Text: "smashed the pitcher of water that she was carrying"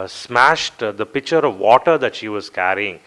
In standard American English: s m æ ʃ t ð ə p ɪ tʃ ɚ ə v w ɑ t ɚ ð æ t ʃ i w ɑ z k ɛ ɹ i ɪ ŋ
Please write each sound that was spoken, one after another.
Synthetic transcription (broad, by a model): s m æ ʃ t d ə p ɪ tʃ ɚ ə v ɑ t ɚ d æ t ʃ i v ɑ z k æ ɹ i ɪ ŋ